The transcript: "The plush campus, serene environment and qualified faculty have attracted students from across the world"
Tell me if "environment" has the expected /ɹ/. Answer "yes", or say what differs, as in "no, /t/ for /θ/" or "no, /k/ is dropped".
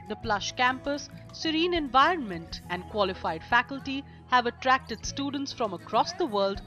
yes